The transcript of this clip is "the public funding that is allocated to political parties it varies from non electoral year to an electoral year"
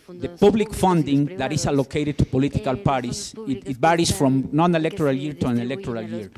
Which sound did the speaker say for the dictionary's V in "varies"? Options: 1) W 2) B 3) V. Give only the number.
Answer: 2